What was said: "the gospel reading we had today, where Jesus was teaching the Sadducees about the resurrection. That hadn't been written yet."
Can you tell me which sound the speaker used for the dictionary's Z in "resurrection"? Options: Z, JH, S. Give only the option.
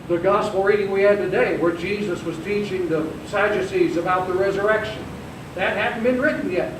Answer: Z